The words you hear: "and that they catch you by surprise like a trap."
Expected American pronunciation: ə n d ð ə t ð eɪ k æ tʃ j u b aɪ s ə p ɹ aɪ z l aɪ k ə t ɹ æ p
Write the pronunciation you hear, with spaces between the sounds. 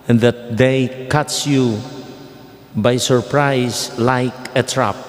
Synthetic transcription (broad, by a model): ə n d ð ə t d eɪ k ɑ s j u b aɪ s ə p ɹ aɪ s l aɪ k ə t ɹ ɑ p